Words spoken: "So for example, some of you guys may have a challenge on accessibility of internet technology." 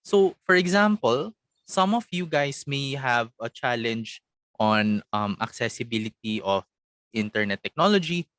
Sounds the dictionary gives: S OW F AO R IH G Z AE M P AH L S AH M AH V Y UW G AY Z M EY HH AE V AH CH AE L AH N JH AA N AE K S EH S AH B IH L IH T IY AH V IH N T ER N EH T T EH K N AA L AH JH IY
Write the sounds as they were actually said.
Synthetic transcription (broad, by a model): S OW F AO R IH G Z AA M P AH L S AH M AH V Y UW G AY S M EY HH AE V AH CH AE L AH N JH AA N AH K S EH S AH B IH L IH T IY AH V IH N T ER N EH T T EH K N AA L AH JH IY